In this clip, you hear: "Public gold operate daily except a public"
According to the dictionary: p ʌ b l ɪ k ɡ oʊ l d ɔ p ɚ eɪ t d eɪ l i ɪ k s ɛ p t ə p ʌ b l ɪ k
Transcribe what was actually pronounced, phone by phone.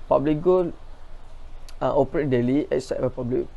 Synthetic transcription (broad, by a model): p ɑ b l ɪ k ɡ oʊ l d ɔ p ɚ eɪ t d eɪ l i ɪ s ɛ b ə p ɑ b l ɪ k